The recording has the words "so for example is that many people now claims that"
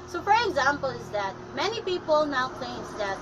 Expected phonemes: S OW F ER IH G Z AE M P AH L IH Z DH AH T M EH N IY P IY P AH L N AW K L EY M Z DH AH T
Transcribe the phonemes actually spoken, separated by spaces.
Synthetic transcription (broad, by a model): S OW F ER IH G Z AE M P AH L IH Z DH AH T M EH N IY P IY P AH L N AW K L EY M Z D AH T